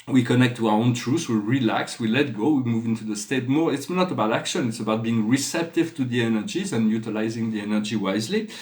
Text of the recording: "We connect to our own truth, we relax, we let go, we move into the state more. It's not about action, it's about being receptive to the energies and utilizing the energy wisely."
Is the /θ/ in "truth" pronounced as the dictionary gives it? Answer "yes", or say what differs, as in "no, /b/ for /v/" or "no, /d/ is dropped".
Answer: no, /s/ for /θ/